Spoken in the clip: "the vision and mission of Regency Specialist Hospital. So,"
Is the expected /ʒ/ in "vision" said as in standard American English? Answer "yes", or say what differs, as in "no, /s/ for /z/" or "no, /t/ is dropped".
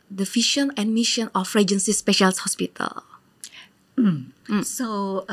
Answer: no, /ʃ/ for /ʒ/